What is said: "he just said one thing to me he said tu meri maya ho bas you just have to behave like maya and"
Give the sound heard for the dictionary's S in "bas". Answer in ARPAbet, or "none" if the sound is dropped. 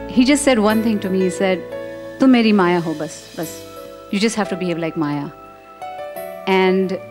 S